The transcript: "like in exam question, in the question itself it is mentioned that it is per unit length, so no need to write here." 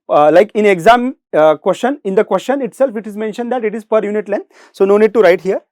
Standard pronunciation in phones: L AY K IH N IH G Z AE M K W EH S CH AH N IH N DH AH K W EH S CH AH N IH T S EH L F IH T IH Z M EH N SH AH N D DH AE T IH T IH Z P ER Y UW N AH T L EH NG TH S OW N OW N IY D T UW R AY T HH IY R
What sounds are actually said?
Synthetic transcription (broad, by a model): L AY K IH N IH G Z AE M K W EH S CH AH N IH N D AH K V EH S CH AH N IH T S EH L F IH T IH Z M EH N SH AH N D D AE T IH T IH Z P ER Y UW N AH T L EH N S OW N OW N IY D T UW R AY T HH IY R